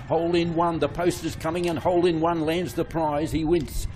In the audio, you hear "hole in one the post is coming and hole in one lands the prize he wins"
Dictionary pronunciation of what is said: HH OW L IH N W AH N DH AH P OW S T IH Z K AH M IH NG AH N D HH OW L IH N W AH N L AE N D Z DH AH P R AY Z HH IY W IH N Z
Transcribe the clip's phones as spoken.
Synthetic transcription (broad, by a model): HH OW L IH N W AH N DH AH P OW S T IH Z K AH M IH NG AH N HH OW L IH N W AH N L AE N D Z DH AH P R AY Z IY W IH N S